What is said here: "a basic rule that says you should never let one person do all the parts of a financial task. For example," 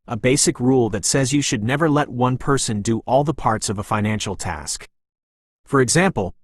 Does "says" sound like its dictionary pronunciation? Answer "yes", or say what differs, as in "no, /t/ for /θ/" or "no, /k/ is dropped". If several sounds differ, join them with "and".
yes